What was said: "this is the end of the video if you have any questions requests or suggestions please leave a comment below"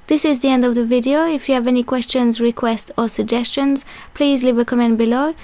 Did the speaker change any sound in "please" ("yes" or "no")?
no